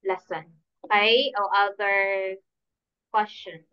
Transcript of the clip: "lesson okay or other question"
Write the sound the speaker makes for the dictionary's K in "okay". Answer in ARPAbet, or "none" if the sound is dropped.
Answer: none